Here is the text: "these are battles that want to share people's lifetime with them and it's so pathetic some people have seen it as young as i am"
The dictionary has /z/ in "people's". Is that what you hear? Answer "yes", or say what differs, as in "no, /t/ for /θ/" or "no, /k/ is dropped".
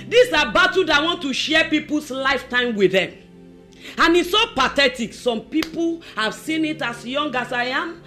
no, /s/ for /z/